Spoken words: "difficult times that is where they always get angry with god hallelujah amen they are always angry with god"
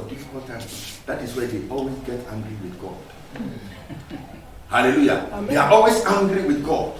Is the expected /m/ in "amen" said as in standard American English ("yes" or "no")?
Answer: no